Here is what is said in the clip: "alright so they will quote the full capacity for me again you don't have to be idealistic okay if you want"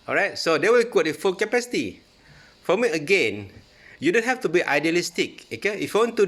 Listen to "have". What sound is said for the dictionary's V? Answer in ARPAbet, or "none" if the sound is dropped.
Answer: F